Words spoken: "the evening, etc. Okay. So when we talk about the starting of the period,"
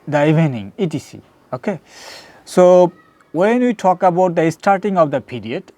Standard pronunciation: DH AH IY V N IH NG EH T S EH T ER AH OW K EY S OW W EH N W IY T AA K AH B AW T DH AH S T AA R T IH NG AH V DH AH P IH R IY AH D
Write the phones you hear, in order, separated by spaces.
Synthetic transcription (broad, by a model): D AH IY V N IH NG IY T IY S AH OW K EY S OW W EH N W IY T AA K AH B AW T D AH S T AA R T IH NG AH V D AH P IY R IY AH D